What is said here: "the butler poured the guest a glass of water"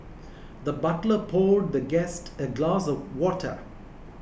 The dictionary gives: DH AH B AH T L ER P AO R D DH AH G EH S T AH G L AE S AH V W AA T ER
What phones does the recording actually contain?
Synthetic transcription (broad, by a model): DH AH B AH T L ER P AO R D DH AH G EH S T AH G L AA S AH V W AA T ER